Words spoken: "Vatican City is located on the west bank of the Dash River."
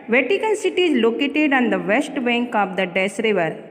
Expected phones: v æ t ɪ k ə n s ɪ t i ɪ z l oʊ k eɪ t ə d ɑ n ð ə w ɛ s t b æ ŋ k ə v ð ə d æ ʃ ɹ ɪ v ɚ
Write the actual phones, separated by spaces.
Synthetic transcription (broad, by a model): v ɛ t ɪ k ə n s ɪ t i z l oʊ k eɪ t ə d ɑ n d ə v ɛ s t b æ ŋ k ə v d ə d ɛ s ɹ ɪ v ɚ